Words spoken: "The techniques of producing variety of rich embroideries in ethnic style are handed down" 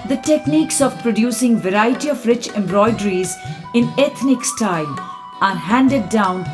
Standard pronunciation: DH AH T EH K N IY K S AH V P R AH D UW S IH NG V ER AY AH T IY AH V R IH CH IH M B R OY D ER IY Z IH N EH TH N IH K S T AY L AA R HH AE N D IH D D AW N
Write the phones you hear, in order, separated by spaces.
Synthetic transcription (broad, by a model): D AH T EH K N IY K S AH V P R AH D UW S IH NG V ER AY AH T IY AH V R IH CH IH M B R OY D ER IY Z IH N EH T N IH K S T AY L AA R HH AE N D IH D D AW N